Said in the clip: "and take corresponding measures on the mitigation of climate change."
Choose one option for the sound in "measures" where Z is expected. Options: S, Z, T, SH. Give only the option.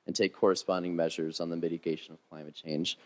Z